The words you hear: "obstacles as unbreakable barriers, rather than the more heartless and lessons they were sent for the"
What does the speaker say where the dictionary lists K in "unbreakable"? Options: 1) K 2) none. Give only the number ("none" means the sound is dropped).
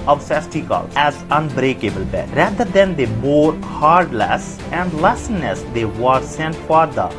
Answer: 1